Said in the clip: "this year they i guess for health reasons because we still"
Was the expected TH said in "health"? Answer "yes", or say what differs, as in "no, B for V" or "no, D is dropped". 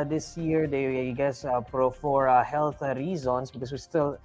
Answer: no, T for TH